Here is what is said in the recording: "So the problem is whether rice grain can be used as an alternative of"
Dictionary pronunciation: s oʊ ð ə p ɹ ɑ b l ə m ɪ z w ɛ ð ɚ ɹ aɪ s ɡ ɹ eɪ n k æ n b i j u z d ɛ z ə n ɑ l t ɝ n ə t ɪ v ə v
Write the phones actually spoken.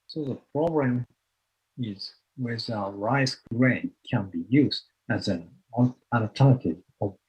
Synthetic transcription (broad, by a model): s oʊ ð ə p ɹ ɑ b l ə m ɪ z w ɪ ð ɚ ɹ aɪ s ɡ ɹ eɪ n k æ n b i j u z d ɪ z ə n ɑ n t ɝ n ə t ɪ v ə